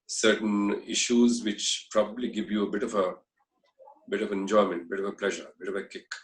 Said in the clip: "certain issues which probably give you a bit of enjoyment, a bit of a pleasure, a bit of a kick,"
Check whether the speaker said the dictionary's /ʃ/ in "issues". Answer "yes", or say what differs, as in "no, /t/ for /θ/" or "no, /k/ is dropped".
yes